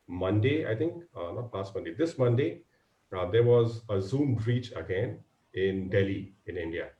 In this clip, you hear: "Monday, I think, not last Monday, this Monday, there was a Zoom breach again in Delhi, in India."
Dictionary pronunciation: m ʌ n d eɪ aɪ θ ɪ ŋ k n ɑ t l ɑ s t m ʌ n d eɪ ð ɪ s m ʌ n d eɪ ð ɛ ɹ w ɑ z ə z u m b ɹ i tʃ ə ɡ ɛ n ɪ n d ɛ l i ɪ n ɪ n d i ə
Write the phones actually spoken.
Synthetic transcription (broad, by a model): m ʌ n d eɪ aɪ t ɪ ŋ k n ɑ t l ɑ s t m ʌ n d eɪ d ɪ s m ʌ n d eɪ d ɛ ɹ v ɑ z ə z u m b ɹ i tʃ ə ɡ ɛ n ɪ n d ɛ l i ɪ n ɪ n d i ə